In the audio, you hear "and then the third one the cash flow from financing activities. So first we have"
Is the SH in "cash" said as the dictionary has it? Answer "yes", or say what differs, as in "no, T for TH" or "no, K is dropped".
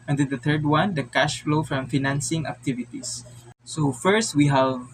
yes